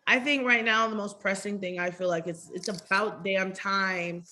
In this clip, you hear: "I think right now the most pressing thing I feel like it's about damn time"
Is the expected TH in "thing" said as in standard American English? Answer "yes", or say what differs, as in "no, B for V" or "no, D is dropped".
yes